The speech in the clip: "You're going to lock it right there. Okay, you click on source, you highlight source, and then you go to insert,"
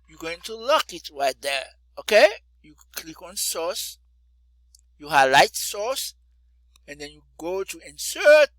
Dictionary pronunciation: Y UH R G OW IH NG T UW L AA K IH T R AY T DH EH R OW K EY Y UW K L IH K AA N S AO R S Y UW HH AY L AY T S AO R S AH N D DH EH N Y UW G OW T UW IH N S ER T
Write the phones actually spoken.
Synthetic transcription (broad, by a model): Y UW G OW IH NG T UW L AA K IH T R AY T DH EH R OW K EY Y UW K L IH K AA N S AO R S Y UW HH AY L AY T S AO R S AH N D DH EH N Y UW G OW T UW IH N S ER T